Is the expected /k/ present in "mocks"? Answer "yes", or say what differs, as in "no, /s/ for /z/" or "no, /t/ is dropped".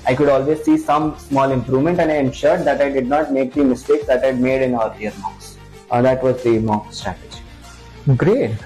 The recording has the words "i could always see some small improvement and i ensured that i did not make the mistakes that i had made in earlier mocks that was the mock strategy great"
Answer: no, /k/ is dropped